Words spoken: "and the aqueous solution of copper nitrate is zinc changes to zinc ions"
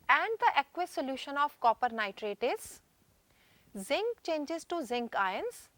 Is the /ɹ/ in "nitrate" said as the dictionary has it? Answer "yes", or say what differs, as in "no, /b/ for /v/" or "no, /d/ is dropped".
yes